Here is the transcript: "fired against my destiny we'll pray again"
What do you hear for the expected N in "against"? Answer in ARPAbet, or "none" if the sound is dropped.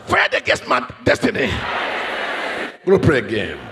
none